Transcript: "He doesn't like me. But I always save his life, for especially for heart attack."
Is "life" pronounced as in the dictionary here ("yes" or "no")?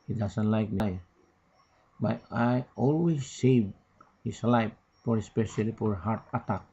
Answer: no